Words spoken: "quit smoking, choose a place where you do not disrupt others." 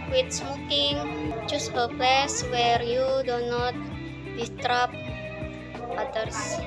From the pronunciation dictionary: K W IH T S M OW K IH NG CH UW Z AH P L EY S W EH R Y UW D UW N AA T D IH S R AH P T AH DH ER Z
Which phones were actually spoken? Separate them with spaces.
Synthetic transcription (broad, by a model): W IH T S M OW K IH NG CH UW S AH P L EY S W EH R Y UW D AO N AA T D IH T R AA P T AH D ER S